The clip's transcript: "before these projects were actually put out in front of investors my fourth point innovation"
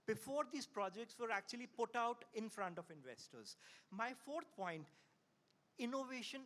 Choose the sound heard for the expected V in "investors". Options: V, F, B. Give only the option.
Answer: V